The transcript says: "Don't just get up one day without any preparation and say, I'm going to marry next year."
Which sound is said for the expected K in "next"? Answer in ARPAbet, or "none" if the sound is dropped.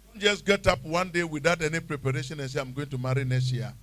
none